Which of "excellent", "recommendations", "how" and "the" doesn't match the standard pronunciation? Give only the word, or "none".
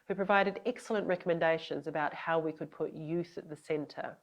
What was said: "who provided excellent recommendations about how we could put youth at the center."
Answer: none